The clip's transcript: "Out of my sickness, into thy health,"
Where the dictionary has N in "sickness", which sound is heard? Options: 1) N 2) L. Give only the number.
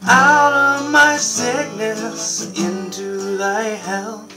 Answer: 2